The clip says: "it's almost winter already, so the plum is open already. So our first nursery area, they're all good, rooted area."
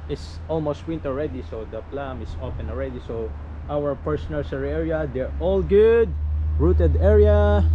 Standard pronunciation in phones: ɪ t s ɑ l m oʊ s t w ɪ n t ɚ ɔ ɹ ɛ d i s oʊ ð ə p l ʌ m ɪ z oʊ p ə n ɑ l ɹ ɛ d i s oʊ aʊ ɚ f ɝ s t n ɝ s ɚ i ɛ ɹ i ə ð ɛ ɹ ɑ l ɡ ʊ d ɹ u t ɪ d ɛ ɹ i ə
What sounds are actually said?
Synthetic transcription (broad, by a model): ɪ t s ɑ l m oʊ s t w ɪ n t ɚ ɔ ɹ ɛ d i s oʊ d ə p l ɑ m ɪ s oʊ f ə n ɑ l ɹ ɛ d i s oʊ aʊ ɚ p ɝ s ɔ n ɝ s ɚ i ɛ ɹ i ə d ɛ ɹ ɑ l ɡ ʊ d ɹ u t ɪ d ɛ ɹ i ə